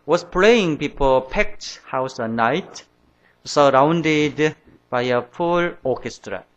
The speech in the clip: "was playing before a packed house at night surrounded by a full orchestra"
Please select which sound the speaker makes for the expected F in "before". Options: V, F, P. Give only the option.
P